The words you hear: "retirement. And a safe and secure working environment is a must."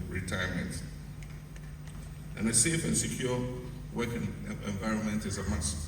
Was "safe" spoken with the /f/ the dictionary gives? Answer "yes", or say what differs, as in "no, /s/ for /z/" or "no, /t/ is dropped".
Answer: yes